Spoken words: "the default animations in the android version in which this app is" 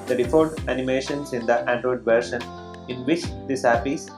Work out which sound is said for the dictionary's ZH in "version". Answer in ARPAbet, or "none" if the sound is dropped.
SH